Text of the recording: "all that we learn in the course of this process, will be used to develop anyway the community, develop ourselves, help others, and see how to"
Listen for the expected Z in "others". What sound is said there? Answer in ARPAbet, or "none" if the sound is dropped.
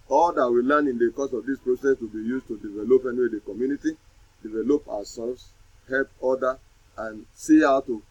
none